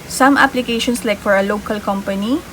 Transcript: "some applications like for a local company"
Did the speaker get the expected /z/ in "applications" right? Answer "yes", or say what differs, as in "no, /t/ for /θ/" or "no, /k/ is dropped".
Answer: no, /s/ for /z/